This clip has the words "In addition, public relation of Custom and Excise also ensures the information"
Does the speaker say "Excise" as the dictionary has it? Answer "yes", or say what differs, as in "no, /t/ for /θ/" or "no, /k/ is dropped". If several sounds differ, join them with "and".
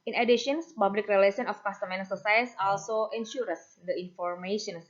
no, /k/ is dropped